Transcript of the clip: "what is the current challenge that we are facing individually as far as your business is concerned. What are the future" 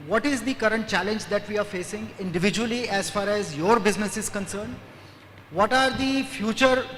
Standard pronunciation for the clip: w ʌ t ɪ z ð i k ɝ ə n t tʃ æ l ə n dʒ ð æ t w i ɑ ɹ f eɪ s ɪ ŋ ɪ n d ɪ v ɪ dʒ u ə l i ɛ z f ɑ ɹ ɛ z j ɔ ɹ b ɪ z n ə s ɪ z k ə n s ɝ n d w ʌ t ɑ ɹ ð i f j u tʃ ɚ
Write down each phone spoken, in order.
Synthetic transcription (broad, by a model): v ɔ t ɪ z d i k ɝ ə n t tʃ æ l ə n dʒ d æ t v i ɑ ɹ f eɪ s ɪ ŋ ɪ n d ɪ v ɪ dʒ u ə l i ɛ z f ɑ ɹ ɛ z j ɔ ɹ b ɪ z n ə s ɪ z k ə n s ɝ n d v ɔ t ɑ ɹ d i f j u tʃ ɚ